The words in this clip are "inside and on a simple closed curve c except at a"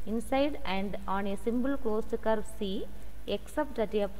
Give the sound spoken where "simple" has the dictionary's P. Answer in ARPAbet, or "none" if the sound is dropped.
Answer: B